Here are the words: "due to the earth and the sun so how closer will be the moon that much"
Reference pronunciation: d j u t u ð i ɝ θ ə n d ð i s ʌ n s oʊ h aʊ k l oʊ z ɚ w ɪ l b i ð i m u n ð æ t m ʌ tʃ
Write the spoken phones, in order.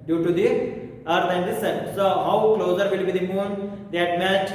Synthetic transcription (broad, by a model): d j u t u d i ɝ t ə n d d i s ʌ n s oʊ h aʊ k l oʊ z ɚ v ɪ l b i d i m u n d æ t m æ tʃ